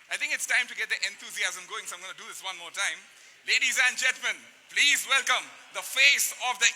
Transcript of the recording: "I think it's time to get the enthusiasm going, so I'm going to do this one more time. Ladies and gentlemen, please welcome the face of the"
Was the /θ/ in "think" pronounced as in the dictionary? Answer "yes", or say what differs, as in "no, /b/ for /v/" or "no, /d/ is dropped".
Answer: no, /t/ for /θ/